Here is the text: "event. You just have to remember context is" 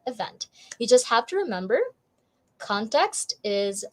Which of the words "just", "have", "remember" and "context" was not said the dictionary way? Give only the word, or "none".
have